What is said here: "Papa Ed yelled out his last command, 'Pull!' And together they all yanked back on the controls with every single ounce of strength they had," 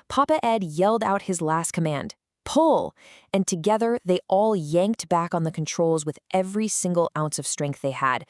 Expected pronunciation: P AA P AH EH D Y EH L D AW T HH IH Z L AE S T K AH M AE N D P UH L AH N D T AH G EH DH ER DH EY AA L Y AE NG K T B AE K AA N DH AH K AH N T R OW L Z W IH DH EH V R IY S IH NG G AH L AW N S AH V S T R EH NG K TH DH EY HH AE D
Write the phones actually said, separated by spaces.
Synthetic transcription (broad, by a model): P AA P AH EH D Y EH L D AW T HH IH Z L AE S T K AH M AE N D P UH L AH N T AH G EH DH ER DH EY AA L Y AE NG K T B AE K N DH AH K N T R OW L Z W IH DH EH V R IY S IH NG G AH L AW N S AH V S T R EH NG K TH DH EY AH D